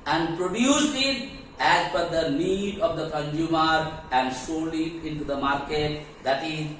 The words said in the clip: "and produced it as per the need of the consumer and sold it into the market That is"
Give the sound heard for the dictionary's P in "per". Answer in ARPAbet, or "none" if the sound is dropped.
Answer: F